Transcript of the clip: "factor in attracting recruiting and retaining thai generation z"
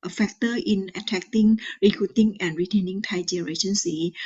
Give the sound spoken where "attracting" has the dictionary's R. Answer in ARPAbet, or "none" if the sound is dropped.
none